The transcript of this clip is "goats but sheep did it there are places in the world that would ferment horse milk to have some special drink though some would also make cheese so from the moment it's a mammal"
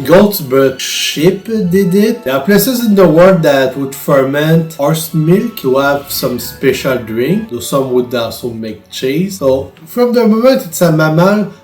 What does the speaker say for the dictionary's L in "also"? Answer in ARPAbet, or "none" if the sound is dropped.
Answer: none